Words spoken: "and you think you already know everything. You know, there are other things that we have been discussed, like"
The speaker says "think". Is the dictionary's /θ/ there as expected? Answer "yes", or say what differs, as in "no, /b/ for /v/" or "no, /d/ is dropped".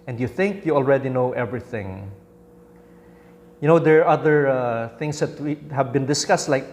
yes